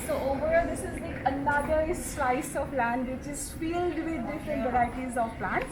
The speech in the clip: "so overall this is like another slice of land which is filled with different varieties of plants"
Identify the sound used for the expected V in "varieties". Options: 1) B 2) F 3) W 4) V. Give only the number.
1